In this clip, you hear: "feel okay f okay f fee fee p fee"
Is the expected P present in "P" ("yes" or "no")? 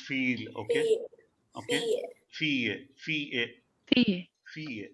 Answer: no